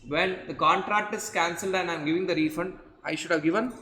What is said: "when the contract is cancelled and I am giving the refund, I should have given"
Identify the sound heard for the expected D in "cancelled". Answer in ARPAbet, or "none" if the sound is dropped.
D